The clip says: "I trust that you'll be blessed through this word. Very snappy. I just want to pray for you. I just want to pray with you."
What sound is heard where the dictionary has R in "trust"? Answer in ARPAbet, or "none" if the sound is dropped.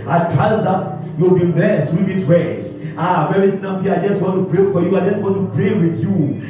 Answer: none